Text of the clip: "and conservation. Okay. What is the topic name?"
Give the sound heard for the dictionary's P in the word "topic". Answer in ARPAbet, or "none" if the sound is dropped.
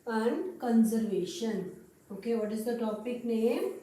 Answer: P